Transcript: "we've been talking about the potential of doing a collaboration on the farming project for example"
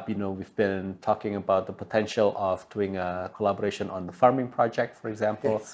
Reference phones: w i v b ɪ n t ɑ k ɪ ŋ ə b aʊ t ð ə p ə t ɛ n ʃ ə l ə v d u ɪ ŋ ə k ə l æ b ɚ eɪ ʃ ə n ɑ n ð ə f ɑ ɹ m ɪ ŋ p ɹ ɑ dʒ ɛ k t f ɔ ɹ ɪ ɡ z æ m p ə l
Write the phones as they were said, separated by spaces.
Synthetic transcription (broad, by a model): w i v b ɪ n t ɑ k ɪ ŋ ə b aʊ t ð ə p ə t ɛ n ʃ ə l ə v d u ɪ ŋ ə k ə l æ b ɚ eɪ ʃ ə n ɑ n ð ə f ɑ ɹ m ɪ ŋ p ɹ ɑ dʒ ɛ k t f ɔ ɹ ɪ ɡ z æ m p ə l